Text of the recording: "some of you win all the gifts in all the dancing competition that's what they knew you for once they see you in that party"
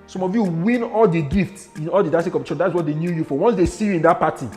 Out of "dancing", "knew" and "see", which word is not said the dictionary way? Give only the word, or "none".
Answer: dancing